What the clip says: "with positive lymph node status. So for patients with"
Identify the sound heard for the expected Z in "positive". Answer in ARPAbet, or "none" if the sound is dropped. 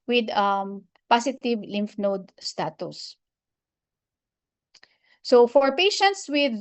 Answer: S